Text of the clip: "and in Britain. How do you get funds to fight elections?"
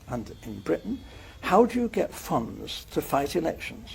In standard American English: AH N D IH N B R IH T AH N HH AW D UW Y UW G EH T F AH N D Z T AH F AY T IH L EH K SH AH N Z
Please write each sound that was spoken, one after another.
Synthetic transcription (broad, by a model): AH N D IH N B R IH T N HH AW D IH Y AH G EH T F AH N D Z T AH F AY T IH L EH K SH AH N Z